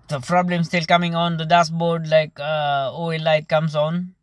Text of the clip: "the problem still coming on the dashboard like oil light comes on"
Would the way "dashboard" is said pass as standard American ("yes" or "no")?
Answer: no